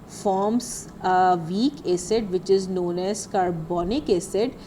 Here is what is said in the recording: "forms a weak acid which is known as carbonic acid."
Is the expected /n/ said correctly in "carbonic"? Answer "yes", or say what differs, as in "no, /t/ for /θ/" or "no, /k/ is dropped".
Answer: yes